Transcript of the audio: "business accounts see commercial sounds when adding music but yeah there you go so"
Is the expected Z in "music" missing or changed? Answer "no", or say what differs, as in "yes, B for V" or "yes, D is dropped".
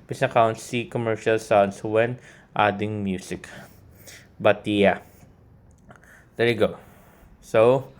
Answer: yes, S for Z